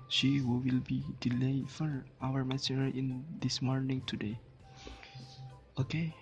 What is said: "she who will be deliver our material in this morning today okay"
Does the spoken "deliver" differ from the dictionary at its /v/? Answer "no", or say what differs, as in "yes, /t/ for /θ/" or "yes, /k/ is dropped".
yes, /f/ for /v/